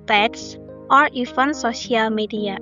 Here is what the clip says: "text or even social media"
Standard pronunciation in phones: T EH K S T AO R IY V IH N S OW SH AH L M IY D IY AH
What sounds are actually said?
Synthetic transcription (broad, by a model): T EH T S T AO R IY F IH N S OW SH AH L M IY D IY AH